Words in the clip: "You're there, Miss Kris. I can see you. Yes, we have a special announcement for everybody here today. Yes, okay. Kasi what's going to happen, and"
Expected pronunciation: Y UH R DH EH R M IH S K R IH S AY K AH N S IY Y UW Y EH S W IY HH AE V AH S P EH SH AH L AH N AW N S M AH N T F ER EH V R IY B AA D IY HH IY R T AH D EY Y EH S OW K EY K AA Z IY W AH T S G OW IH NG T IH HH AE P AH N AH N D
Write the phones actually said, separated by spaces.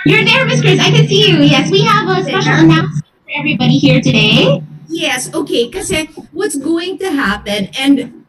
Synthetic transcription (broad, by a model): Y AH R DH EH R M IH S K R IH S AY K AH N S IY Y UW Y EH S W IY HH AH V AH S EH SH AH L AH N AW S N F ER EH V R IY B AA D IY HH IY R T AH D EY Y EH S OW K EY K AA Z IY W AH T S G OW IH NG T IH HH AE P AH N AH N